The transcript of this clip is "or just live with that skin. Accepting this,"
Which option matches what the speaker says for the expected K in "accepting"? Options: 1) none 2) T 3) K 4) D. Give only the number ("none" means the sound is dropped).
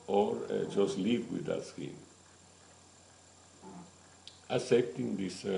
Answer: 1